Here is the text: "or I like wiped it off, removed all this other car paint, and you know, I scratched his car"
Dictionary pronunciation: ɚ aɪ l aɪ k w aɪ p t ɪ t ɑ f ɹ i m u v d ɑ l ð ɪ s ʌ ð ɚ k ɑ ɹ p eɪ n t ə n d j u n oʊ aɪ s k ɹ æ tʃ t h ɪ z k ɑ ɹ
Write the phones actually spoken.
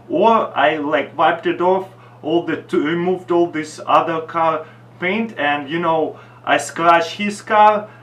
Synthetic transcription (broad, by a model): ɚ aɪ l aɪ k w aɪ p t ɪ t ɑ f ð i m u v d ɑ l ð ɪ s ʌ ð ɚ k ɑ ɹ p eɪ n t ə n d j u n oʊ aɪ s k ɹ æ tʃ h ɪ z k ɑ ɹ